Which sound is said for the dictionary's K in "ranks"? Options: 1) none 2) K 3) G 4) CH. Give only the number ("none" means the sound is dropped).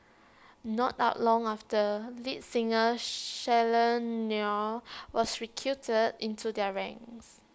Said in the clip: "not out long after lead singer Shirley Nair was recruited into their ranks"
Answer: 1